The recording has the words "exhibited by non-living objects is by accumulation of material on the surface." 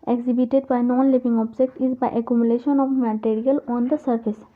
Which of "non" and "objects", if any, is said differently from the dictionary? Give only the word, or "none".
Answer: objects